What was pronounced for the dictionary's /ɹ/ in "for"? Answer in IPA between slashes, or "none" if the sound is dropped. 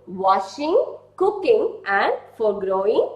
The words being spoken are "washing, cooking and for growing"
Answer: /ɹ/